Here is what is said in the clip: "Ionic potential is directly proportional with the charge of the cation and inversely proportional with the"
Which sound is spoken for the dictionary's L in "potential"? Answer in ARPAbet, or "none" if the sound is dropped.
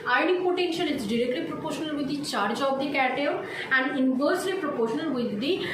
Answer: N